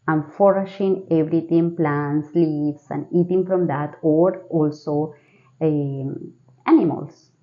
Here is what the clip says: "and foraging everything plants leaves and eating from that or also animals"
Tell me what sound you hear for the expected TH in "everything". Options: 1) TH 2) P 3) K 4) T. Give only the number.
4